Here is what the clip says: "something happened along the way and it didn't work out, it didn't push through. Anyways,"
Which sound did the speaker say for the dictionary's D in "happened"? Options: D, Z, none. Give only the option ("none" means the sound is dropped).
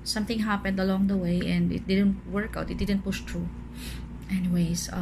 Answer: D